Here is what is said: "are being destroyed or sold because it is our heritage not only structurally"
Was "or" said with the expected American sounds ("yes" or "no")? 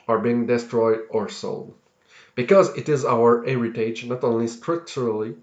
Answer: yes